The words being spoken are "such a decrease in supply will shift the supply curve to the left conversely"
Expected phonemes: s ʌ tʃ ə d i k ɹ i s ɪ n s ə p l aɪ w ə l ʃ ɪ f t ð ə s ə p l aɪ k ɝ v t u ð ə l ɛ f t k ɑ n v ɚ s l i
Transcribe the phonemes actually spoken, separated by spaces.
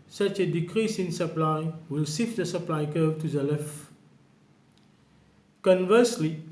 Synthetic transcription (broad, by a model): s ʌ tʃ ə d i k ɹ i s ɪ n s ə p l aɪ w ə l s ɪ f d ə s ə p l aɪ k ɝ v t u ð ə l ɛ f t k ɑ n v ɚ s l i